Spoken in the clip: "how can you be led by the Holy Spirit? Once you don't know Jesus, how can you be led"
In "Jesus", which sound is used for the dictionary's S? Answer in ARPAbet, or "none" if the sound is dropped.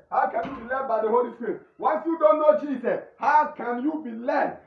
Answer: none